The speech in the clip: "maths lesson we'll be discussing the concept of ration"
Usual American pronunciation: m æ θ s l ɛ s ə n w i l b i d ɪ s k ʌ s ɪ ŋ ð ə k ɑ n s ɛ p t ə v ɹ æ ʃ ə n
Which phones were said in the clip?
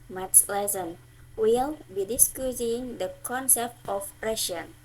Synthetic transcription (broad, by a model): m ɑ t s l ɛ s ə n w i l b i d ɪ s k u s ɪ ŋ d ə k ɑ n s ɛ p t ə p ɹ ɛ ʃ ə n